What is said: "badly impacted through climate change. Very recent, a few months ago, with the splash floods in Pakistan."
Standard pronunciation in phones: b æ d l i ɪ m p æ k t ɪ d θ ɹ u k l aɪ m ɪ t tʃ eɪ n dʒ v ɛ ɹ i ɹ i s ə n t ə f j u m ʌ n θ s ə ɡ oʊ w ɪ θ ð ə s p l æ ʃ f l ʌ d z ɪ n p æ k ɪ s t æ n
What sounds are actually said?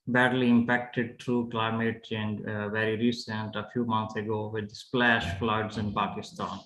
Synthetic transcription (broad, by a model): b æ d l i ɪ m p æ k t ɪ d t ɹ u k l aɪ m ɪ t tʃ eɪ n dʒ v ɛ ɹ i ɹ i s ə n t ə f j u m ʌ n t s ə ɡ oʊ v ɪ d s p l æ ʃ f l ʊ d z ɪ n p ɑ k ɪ s t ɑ n